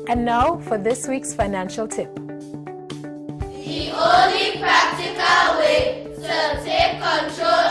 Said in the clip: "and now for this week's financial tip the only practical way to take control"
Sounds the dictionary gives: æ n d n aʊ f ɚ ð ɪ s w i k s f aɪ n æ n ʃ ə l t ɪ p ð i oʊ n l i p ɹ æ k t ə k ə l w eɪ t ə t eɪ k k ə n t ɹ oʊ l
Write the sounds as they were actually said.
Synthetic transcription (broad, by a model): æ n n aʊ f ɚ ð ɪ s w i k s f aɪ n æ n ʃ ə l t ɪ p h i oʊ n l i p ɹ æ k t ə k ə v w eɪ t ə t eɪ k k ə n t ɹ oʊ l